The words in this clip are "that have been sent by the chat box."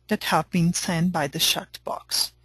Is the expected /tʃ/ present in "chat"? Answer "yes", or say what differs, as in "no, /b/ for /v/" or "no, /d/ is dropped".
no, /ʃ/ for /tʃ/